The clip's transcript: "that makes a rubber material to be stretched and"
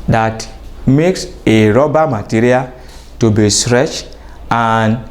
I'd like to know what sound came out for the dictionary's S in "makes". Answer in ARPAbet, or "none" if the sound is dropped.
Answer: S